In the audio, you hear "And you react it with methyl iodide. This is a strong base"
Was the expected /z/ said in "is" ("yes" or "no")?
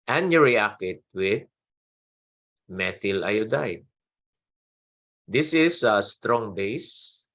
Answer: no